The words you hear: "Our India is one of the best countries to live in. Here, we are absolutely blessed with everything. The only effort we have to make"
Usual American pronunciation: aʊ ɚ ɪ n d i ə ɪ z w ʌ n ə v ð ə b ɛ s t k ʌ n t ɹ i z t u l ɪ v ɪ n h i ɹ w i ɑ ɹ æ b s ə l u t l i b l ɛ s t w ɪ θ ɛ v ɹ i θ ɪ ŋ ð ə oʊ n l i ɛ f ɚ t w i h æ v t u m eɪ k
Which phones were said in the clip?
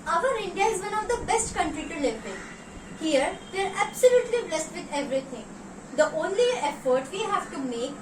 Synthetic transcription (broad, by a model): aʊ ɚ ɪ n d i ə ɪ z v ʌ n ə v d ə b ɛ s t k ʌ n t ɹ i t u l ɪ p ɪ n h i ɹ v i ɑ ɹ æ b s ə l u t l i b l ɛ s t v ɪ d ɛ v ɹ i t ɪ ŋ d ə oʊ n l i ɛ f ɚ t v i h æ v t u m eɪ k